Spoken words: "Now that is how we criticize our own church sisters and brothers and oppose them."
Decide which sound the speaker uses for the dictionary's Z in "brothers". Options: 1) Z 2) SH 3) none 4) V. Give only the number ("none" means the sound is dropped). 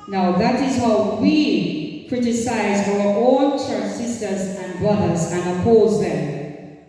1